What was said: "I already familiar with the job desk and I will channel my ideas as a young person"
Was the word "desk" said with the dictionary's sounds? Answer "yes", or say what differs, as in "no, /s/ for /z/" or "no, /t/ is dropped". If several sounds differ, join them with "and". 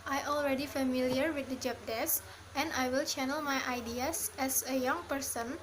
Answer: no, /k/ is dropped